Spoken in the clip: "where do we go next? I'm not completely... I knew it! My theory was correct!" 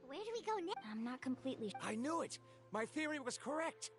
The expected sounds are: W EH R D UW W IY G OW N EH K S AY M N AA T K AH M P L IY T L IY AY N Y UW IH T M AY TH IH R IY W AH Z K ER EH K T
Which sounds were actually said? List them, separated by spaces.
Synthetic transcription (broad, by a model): W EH R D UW W IY G OW N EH AY M N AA T K AH M P L IY T L IY AY N Y UW IH T M AY TH IH R IY W AH Z K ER EH K T